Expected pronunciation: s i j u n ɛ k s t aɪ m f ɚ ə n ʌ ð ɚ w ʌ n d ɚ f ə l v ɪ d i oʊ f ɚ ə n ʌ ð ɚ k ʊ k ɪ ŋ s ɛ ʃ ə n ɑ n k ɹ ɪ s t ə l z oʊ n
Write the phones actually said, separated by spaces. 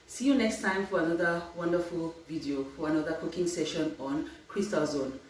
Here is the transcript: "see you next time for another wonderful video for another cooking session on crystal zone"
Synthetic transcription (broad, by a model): s i j u n ɛ k s t aɪ m f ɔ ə n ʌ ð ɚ w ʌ n d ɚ f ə l v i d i oʊ f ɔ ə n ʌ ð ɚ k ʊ k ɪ ŋ s ɛ ʃ ə n ɑ n k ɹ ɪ s t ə l z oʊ n